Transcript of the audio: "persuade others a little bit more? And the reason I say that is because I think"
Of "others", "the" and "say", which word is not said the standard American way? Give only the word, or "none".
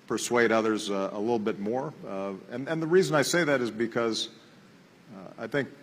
none